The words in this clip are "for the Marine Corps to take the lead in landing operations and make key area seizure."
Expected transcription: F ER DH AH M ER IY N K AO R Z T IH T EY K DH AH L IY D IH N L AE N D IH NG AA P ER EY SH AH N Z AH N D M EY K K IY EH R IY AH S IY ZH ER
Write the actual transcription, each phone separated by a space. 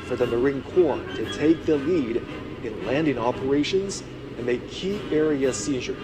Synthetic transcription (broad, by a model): F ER DH AH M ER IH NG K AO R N T IH T EY K DH AH L IY D IH N L AE N D IH NG AA P ER EY SH AH N Z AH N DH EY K K IY EH R IY AH S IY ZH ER